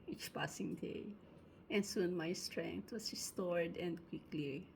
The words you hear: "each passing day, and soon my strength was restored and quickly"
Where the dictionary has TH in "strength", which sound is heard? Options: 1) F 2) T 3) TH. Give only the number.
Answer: 2